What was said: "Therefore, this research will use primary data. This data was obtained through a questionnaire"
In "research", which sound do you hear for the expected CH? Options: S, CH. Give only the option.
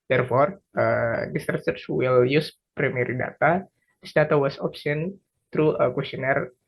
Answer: S